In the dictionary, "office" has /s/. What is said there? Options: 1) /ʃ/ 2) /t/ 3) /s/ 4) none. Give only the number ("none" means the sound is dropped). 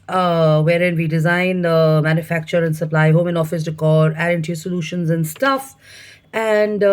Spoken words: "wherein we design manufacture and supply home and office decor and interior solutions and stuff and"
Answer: 3